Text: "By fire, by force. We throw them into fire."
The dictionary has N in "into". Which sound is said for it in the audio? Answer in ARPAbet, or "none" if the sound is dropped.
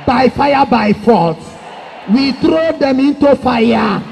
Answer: N